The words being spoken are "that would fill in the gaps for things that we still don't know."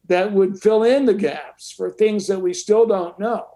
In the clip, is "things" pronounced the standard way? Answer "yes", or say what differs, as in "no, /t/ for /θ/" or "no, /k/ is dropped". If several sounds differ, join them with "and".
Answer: yes